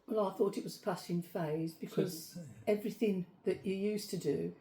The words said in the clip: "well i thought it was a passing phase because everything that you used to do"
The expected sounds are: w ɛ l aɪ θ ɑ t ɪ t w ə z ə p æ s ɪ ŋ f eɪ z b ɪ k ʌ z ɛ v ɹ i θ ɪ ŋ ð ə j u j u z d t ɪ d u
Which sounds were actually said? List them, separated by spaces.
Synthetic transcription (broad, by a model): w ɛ l aɪ θ ɑ t ɪ t w ə z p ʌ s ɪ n f eɪ z b ɪ k ʌ z ɛ v ɹ i θ ɪ ŋ ð ə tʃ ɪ j u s t ɪ d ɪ